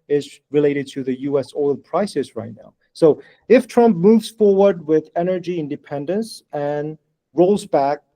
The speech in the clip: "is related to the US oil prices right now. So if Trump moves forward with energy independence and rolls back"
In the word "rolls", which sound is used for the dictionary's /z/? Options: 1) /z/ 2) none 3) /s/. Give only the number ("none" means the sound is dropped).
1